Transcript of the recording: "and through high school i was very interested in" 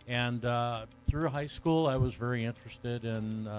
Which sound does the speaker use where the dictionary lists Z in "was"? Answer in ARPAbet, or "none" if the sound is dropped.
Z